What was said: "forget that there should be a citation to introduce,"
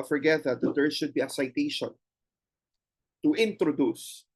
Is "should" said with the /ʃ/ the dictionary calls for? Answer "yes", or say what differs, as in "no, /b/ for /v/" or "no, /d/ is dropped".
no, /s/ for /ʃ/